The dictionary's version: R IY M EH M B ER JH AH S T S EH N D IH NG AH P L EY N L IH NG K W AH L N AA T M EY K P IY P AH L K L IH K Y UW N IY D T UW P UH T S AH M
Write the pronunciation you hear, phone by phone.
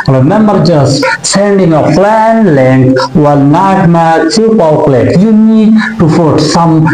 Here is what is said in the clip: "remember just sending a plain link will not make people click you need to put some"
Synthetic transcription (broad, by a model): R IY M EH M B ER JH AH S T S EH N D IH NG AH F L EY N L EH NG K W AH L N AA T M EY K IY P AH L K L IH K Y UW N IY D T UW F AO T S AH M